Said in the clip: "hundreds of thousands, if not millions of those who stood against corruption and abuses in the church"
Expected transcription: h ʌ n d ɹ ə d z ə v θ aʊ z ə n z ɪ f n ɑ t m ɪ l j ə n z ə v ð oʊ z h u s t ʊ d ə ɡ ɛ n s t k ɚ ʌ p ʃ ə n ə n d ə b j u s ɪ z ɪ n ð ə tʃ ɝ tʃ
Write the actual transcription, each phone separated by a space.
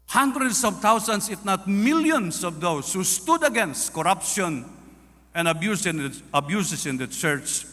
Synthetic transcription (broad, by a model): h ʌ n d ɹ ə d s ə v t aʊ s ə n s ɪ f n ɑ t m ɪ l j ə n s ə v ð oʊ s h u s t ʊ d ə ɡ ɛ n s t k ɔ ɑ p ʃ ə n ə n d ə b j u s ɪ s ɪ n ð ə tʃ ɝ tʃ